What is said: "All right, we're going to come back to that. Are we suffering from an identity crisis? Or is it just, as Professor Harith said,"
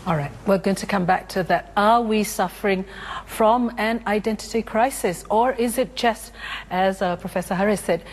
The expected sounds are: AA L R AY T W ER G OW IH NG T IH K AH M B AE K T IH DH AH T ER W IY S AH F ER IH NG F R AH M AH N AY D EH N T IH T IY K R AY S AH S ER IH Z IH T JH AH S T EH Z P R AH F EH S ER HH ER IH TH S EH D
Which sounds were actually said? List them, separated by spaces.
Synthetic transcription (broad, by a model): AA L R AY T W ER G OW IH NG T IH K AH M B AE K T IH DH AH T ER W IY S AH F ER IH NG F R AH M AH N AY D EH N T IH T IY K R AY S AH S ER IH Z IH T JH AH S T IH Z P R AH F EH S ER HH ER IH S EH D